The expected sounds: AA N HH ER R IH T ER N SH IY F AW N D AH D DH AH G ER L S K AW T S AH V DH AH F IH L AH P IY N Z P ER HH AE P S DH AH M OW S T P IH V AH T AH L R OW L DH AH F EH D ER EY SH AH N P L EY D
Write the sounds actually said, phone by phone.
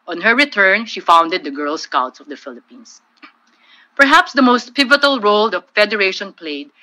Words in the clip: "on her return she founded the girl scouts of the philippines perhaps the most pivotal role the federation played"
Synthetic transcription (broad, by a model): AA N HH ER R IH T ER N SH IY F AW N D AH D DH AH G ER L S K AW T S AH V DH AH F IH L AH P IY N S P ER HH AE P S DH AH M OW S T P IH V AH T AH L R OW L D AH F EH D ER EY SH AH N P L EY D